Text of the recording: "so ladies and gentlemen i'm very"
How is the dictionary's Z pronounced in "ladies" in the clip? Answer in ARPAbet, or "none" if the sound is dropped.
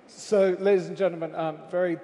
Z